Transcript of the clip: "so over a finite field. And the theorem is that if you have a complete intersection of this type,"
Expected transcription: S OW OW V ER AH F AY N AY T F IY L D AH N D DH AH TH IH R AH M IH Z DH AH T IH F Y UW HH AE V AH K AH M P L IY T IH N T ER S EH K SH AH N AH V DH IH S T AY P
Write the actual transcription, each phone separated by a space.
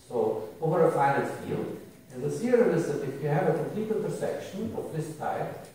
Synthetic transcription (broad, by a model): S OW OW V ER AH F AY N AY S F IY L D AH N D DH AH S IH AH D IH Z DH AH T IH F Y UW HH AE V AH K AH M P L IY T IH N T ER S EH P SH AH N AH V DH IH S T AY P